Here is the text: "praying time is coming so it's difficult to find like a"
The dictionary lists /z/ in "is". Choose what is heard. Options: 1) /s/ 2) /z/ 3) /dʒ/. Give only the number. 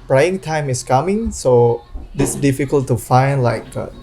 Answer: 1